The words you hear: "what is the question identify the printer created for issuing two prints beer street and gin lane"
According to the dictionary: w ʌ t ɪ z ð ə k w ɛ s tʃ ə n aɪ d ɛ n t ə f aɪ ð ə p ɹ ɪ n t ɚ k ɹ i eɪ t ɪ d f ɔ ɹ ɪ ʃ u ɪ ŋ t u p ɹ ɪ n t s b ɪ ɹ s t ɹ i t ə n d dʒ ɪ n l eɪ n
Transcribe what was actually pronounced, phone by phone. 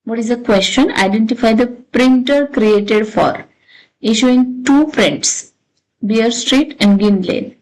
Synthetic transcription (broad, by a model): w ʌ t ɪ z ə k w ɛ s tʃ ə n aɪ d ɛ n t ə f aɪ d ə p ɹ ɪ n t ɚ k ɹ i eɪ t ɪ d f ɔ ɹ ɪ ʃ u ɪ ŋ t u f ɹ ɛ n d s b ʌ ɹ s t ɹ i t ə n d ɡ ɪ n l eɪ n